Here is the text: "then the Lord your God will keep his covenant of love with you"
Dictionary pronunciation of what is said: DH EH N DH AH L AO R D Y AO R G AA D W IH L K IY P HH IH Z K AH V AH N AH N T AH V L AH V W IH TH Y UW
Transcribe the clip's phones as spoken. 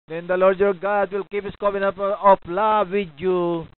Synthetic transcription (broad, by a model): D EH N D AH L AO R D Y AO R G AA D W IH L K IY P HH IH S K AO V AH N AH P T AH P L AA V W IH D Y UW